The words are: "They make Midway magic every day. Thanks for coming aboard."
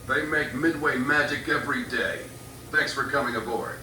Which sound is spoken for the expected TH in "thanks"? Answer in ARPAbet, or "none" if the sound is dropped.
TH